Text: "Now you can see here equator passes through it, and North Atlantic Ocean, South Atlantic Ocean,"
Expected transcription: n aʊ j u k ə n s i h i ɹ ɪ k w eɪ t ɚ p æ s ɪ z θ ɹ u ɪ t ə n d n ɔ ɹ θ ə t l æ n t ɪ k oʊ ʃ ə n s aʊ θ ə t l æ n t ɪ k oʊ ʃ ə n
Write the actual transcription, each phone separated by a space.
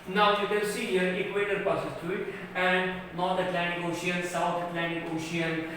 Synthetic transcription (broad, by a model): n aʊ j u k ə l s i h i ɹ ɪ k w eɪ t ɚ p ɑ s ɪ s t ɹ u ɪ t ə n d n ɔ ɹ t ə t l æ n t ɪ k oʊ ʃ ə n s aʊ t ə t l æ n t ɪ k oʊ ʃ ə n